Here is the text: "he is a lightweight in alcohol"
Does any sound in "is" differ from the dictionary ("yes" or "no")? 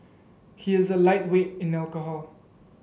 no